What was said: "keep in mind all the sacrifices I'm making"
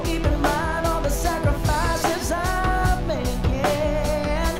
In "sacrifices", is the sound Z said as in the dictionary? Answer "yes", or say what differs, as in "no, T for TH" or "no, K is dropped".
yes